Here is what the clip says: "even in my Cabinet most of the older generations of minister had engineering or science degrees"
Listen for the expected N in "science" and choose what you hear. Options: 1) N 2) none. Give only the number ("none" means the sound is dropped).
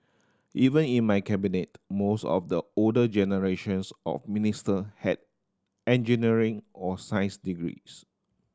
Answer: 2